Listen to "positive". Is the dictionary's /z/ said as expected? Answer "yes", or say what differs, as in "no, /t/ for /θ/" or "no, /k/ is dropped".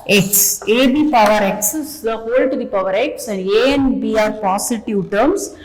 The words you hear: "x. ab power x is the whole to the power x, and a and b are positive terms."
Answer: no, /s/ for /z/